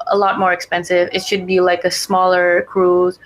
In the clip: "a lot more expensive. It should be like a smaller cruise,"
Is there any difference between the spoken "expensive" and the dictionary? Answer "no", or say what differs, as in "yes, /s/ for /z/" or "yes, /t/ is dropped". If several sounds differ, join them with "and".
no